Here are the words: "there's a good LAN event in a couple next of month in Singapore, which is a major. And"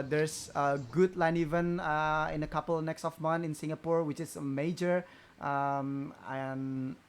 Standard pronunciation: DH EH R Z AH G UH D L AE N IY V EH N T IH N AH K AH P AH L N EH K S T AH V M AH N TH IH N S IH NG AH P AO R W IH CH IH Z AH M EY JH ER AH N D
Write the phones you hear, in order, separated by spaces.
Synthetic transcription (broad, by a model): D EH R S AH G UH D L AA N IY V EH N IH N AH K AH P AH L N EH K S T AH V M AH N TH IH N S IH NG AH P AO R W IH CH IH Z AH M EY JH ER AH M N